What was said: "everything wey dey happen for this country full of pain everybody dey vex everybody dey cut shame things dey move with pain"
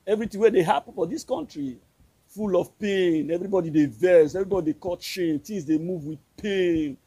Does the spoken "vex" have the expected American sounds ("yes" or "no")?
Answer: no